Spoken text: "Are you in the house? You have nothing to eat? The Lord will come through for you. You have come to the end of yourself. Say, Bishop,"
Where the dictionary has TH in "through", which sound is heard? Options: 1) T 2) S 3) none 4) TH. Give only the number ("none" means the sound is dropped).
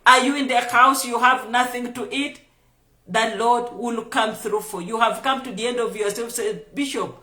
4